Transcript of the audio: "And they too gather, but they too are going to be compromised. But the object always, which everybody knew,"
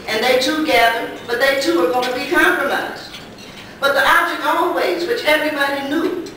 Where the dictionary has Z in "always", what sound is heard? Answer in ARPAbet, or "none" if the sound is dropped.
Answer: Z